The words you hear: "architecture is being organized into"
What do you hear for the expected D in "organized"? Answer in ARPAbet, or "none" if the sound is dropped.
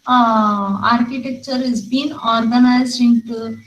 none